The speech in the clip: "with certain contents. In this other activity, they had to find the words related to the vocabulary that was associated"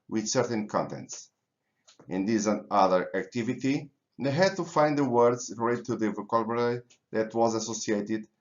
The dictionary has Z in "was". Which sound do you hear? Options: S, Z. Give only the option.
Z